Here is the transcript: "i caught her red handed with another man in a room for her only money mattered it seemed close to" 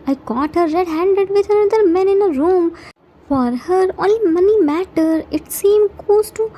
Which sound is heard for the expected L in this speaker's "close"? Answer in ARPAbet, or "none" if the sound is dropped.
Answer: none